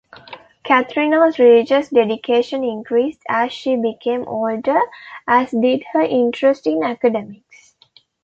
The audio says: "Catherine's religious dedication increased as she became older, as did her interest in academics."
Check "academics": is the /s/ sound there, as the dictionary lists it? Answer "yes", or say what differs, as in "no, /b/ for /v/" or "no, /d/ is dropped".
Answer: yes